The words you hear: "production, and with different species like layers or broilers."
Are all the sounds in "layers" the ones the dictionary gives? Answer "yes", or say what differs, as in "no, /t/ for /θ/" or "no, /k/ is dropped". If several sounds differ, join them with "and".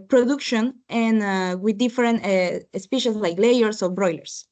no, /s/ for /z/